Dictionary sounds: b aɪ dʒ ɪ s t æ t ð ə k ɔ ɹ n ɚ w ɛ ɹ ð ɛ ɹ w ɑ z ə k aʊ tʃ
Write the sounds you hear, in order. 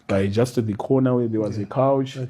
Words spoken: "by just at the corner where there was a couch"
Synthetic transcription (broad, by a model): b aɪ dʒ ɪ s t t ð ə k ɔ n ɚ w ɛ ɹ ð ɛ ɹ w ɑ z ə k aʊ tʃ